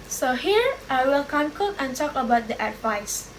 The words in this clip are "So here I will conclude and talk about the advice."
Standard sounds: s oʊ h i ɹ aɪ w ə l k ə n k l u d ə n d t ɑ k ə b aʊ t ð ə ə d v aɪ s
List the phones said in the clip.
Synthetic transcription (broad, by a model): s oʊ h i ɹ aɪ w ə l k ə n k u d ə n t ɑ k ə b aʊ t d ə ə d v aɪ s